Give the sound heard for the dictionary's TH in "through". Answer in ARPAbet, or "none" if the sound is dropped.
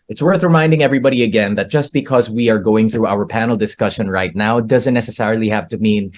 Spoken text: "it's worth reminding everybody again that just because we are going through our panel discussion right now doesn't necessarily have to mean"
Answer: TH